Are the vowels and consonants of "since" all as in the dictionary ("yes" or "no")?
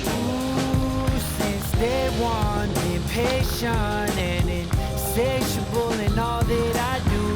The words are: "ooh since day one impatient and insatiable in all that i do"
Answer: yes